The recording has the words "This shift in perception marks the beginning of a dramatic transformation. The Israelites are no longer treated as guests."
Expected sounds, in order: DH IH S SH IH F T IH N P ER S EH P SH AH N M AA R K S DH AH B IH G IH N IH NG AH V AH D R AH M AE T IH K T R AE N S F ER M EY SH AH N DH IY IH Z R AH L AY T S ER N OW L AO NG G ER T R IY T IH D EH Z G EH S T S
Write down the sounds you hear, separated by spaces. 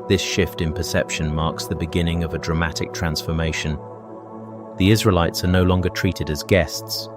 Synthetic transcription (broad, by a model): DH IH S SH IH F T IH N P ER S EH P SH AH N M AA R K S DH AH B IH G IH N IH NG AH V AH D R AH M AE T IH K T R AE N S F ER M EY SH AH N DH IY IH Z R AH L AY T S ER N OW L AO NG G ER T R IY T IH D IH Z G EH S T S